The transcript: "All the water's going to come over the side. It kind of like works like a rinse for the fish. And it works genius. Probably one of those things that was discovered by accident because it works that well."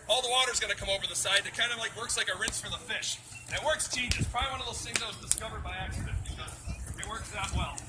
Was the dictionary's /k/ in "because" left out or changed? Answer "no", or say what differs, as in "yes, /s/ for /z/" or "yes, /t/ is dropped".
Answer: yes, /k/ is dropped